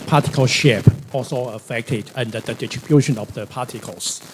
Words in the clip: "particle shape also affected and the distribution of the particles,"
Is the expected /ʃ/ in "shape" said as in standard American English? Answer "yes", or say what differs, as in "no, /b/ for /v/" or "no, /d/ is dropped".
yes